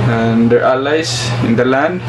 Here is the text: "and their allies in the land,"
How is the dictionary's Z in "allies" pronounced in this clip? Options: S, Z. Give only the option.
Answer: S